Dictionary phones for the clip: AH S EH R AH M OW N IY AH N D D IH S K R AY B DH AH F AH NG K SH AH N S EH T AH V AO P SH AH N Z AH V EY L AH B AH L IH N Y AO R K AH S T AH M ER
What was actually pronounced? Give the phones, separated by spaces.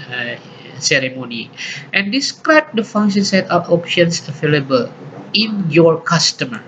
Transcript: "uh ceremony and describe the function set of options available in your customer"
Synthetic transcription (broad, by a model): S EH R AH M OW N IY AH N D D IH S K R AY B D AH F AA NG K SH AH N S EH T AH P AO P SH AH N S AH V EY L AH B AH L IH N Y AO R K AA S T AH M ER